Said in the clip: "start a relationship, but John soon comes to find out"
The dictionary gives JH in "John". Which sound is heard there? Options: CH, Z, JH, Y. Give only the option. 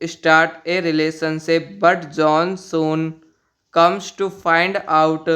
JH